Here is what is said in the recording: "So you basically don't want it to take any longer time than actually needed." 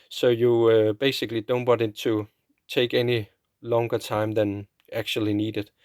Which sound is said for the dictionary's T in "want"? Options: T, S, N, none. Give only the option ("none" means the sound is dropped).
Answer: none